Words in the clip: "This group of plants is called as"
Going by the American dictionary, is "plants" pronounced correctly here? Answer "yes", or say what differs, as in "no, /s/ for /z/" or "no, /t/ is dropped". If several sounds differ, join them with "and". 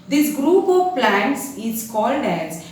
yes